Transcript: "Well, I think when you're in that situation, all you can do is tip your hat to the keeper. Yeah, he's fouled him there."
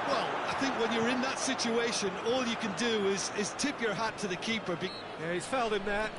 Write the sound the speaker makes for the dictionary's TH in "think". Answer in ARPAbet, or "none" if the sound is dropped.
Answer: TH